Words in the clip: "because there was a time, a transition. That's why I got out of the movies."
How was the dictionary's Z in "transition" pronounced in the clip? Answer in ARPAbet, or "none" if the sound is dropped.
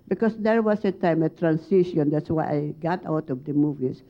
S